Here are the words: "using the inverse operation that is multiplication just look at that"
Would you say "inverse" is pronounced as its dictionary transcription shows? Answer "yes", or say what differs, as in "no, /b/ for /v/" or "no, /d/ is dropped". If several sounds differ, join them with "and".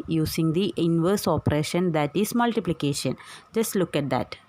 yes